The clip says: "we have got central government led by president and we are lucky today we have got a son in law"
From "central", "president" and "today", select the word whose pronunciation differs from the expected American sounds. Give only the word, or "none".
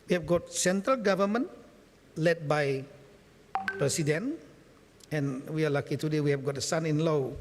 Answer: president